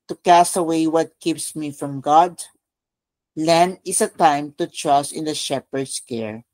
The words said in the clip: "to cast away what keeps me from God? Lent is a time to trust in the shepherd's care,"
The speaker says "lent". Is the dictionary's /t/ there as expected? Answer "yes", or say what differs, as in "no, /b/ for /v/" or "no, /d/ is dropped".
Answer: no, /t/ is dropped